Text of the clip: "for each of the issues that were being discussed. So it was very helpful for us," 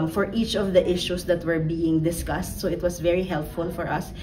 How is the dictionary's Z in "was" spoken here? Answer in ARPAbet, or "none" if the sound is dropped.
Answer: S